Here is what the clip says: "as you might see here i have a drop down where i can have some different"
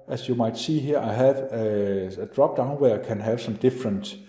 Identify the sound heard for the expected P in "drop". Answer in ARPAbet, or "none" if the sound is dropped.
B